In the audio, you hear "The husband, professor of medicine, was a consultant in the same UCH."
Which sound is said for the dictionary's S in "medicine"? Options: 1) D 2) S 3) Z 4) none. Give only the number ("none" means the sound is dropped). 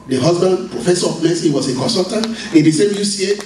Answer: 4